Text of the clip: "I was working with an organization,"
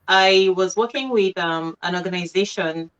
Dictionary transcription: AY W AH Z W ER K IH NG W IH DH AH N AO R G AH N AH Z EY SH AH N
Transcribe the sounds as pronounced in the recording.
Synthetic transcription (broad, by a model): AY W AH Z W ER K IH NG W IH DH AH N AO R G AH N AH Z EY SH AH N